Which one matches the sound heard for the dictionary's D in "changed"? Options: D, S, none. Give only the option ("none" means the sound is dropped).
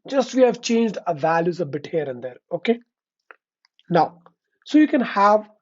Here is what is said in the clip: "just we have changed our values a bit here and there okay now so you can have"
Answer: D